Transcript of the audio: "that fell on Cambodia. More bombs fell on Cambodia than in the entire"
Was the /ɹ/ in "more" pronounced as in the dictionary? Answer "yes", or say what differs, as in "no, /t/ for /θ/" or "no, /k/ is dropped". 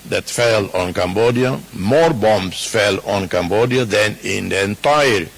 yes